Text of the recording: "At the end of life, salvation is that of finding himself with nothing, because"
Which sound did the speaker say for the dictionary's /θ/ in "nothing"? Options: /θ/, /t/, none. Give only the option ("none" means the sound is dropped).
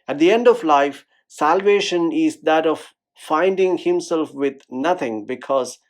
/t/